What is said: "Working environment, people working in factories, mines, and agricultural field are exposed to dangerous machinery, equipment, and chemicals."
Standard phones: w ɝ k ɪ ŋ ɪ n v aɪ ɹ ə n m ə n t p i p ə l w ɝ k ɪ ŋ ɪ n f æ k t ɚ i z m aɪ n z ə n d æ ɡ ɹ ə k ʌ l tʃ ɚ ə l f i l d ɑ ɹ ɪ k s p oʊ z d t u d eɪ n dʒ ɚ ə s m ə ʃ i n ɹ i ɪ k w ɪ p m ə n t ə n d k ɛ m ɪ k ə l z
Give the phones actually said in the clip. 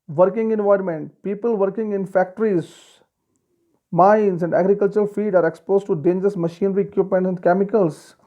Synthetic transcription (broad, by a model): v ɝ k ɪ ŋ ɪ n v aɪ ə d m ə n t p i p ə l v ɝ k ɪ ŋ ɪ n f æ k t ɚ i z m aɪ n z ə n d æ ɡ ɹ ə k ʌ l tʃ ɚ ə l f i d ɑ ɹ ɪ k s p oʊ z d t u d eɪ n dʒ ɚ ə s m ə ʃ i n ɹ i k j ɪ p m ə n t ə n d k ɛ m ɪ k ə l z